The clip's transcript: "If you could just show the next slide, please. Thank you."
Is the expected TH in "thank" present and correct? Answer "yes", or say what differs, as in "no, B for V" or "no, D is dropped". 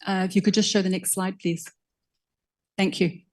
yes